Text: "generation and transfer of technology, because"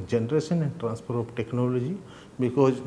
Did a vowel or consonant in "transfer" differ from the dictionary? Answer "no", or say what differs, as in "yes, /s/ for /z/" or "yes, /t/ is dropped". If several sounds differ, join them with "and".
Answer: yes, /p/ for /f/